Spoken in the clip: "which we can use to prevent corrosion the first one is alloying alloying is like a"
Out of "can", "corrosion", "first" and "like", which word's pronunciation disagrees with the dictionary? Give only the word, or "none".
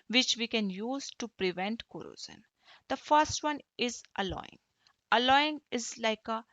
corrosion